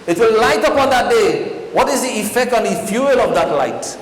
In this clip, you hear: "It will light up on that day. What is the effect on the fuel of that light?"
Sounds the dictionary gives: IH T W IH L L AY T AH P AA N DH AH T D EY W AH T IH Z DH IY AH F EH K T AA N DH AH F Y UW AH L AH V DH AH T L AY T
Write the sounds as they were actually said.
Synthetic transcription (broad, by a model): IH T W IH L L AY T AH P AA N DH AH T D EY W AH T IH Z DH IY AH F EH K T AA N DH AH F Y UW AH L AH V DH AH T L AY T